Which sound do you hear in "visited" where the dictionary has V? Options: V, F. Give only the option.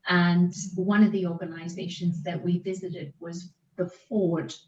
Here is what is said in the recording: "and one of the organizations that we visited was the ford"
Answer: V